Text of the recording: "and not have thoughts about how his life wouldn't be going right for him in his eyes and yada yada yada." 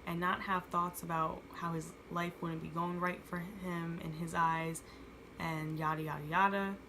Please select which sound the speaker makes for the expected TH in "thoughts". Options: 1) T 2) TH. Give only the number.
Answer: 2